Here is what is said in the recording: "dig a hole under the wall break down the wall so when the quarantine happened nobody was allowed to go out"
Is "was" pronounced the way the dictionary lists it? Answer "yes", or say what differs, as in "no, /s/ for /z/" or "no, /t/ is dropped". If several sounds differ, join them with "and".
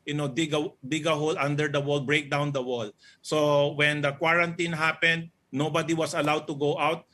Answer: no, /s/ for /z/